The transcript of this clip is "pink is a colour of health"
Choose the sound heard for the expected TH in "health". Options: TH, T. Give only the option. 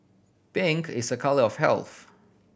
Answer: TH